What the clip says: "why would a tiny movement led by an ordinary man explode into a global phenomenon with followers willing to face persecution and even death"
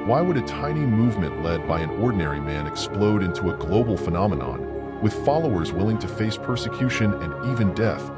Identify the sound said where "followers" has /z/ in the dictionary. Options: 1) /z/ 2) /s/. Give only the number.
1